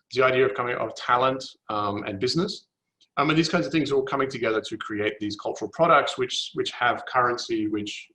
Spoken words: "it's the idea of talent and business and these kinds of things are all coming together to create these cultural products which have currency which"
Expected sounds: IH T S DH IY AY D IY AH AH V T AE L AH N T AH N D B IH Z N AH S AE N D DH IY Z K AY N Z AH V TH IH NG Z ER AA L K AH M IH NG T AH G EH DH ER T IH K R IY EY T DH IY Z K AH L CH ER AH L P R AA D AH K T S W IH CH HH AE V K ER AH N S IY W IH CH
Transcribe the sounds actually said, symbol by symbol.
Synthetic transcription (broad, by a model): DH IY AY D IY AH AH V T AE L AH N T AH N B IH Z N AH S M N DH IY Z K AY N Z AH V TH IH NG Z ER K AH M IH NG T AH G EH DH ER T IH K R IY EY T DH IY Z K AH L CH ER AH L P R AA D AH K T S W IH CH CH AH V K ER AH N S IY W IH CH